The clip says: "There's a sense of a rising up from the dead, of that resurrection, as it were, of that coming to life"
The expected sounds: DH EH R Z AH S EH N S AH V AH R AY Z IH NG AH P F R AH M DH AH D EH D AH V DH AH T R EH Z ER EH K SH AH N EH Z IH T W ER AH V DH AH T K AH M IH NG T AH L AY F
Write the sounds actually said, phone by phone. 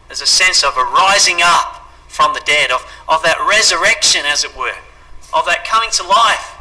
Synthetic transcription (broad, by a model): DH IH Z AH S EH N S AH V AH R AY Z IH NG AH P F R AH M DH AH D EH D AH V DH AH T R EH Z ER EH K SH AH N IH Z IH T W ER AH V DH AH T K AH M IH NG T AH L AY F